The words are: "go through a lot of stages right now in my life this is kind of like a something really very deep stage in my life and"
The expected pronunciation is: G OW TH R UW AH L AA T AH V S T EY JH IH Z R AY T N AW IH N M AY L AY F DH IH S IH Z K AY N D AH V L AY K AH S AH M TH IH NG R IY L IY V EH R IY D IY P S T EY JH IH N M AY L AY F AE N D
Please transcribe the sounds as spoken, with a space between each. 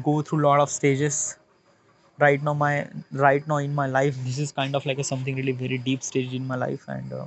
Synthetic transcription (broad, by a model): G OW T R UW L AA T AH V S T EY JH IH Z R AY T N AW IH N M AY L AY F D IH S IH Z K AY N D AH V L AY K AH S AH M T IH NG R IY L IY V EH R IY D IY P S T EY JH IH N M AY L AY F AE N D